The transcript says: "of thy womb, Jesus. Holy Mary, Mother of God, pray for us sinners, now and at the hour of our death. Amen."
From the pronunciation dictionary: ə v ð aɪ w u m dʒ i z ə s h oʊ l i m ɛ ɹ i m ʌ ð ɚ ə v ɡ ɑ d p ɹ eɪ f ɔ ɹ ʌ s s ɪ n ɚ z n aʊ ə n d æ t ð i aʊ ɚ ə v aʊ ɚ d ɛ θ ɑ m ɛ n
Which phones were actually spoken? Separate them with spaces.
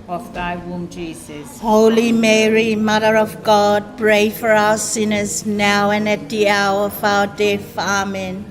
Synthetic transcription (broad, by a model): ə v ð aɪ w u m dʒ i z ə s h oʊ l i m ɛ ɹ i m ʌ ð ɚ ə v ɡ ɑ d p ɹ eɪ f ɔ ɹ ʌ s s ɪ n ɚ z n aʊ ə n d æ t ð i aʊ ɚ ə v aʊ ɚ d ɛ f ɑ m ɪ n